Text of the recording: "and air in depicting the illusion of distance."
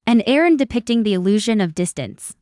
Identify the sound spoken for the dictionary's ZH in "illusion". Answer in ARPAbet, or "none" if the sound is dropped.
ZH